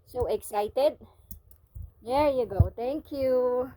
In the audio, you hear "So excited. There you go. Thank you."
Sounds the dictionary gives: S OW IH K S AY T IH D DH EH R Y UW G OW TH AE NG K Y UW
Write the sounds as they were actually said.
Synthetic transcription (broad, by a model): S OW IH K S AY T IH D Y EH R Y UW G OW T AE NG K Y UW